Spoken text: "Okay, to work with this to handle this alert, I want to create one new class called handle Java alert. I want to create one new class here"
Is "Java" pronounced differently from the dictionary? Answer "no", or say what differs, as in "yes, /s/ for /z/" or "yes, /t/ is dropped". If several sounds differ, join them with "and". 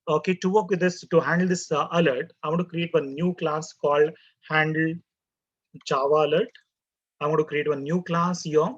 yes, /tʃ/ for /dʒ/